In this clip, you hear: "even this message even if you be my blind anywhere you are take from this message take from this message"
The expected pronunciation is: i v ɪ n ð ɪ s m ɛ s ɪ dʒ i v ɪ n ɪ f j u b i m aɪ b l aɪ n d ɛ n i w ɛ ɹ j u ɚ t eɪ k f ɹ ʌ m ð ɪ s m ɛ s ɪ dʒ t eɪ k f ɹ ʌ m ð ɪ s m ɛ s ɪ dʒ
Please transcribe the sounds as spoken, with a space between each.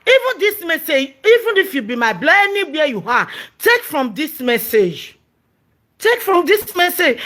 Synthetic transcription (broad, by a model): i v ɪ n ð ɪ s m ɛ s ɪ dʒ i v ɪ n ɪ f j u b i m aɪ b l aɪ d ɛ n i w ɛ j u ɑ t eɪ k f ɹ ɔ m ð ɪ s m ɛ s ɪ dʒ t eɪ k f ɹ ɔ m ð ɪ s m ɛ s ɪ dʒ